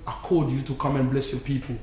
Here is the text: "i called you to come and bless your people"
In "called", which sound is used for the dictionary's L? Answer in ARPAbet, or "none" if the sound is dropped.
none